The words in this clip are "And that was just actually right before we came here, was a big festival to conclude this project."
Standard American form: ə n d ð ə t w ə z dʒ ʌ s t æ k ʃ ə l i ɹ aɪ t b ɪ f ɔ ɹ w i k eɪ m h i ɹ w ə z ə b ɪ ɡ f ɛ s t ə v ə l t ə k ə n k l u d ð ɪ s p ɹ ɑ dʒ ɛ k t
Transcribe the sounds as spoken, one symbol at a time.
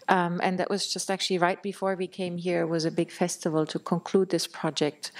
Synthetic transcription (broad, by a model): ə n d ð ə t w ə z dʒ ʌ s t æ k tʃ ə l i ɹ aɪ t b ɪ f ɔ ɹ w i k eɪ m h i ɹ w ə z ə b ɪ ɡ f ɛ s t ə v ə l t ə k ə n k l u d ð ɪ s p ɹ ɑ dʒ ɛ k t